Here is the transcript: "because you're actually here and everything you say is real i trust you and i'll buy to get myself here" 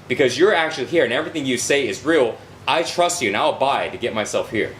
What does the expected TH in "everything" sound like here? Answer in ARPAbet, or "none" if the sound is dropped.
TH